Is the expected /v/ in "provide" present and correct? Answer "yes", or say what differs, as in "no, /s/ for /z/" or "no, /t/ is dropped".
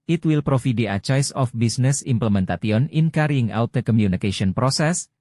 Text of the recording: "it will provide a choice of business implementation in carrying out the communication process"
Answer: no, /f/ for /v/